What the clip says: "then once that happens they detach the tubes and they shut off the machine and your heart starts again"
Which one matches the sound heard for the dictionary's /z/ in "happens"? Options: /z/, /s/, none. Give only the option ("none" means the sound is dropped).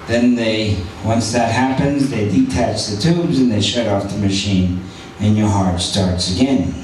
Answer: /z/